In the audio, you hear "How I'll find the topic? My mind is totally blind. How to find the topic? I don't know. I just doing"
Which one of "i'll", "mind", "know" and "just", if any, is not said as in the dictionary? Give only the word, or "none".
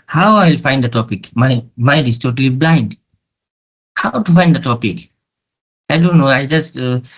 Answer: mind